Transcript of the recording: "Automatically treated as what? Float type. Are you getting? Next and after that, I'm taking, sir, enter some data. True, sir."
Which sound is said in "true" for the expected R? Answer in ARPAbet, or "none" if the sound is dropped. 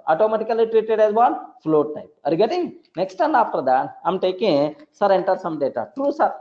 R